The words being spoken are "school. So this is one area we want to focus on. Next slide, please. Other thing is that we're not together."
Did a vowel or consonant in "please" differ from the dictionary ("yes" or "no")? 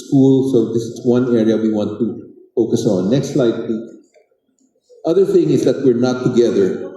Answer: yes